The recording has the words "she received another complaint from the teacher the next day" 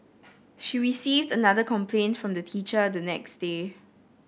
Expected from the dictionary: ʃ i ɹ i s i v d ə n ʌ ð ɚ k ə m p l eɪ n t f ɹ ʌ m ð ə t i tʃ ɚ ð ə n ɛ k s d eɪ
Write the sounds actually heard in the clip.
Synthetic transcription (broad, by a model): ʃ i ɹ i s i v d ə n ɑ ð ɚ k ə m p l eɪ n t f ɹ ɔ m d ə t i tʃ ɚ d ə n ɛ k s d eɪ